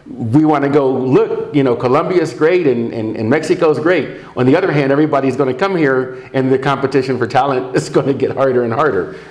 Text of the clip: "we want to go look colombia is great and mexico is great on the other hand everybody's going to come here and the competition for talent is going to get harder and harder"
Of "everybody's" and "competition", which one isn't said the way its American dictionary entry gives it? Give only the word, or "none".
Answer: none